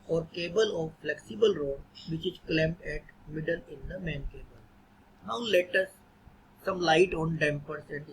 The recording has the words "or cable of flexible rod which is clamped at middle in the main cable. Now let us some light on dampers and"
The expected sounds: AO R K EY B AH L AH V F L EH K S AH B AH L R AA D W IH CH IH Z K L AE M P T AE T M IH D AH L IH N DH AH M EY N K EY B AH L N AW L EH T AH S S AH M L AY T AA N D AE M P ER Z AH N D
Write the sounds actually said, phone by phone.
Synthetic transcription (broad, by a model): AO R K EY B AH L AH V F L EH K S AH B AH L R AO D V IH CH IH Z K L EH M T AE T M IH D AH L IH N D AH M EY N K EY B AH L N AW L EH T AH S S AH M L AY T AA N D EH M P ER S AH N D